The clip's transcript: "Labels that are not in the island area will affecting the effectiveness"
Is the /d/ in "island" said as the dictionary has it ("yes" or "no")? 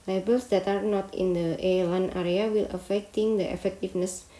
no